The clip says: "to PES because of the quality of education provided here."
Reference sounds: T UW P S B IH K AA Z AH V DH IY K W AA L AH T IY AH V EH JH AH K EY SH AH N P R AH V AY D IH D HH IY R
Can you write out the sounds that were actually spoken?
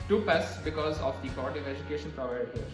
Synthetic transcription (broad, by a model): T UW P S B IH K AA Z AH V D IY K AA AH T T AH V EH JH AH K EY SH AH N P R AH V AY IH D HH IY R